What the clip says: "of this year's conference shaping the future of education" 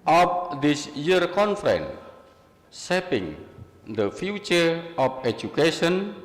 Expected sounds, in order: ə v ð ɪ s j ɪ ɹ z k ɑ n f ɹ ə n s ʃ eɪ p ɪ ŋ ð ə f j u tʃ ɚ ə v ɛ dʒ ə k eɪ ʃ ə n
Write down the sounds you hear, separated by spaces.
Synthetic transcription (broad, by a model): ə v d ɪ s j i ɹ k ɑ n f ɹ ə n s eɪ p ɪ ŋ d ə f j u tʃ ɚ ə f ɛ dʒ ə k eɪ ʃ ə n